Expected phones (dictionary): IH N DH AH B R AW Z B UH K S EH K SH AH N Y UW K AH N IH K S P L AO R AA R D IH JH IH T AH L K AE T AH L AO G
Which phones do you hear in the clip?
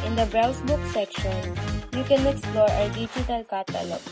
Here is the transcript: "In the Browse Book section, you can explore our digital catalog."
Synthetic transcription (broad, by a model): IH N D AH B R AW S B UH K S EH K SH AH N Y UW K AH N IH K S P L AO R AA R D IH JH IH T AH L K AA T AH L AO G